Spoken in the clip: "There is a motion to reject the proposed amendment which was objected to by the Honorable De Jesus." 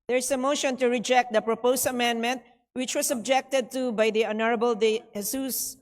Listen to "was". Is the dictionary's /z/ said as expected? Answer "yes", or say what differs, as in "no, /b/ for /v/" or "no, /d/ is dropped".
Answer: no, /s/ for /z/